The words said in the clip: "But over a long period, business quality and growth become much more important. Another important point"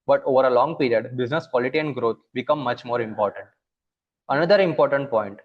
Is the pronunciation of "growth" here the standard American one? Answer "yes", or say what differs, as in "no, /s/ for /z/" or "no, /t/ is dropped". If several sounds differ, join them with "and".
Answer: no, /t/ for /θ/